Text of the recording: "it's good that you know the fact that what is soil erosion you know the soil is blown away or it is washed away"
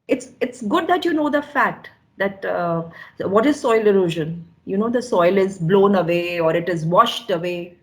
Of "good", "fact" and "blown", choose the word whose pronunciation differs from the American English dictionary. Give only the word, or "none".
fact